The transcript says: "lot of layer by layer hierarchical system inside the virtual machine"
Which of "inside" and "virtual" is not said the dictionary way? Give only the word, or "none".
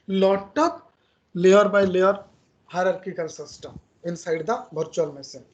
virtual